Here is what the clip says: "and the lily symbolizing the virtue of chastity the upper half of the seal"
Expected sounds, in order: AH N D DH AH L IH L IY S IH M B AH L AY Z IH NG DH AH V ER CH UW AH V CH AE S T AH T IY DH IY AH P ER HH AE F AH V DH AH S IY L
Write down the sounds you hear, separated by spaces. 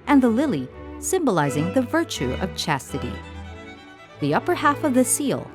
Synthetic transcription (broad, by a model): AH N DH AH L IH L IY S IH M B AH L AY Z IH NG DH AH V ER CH UW AH V CH AE S T AH T IY DH IY AH P ER HH AE F AH V DH AH S IY L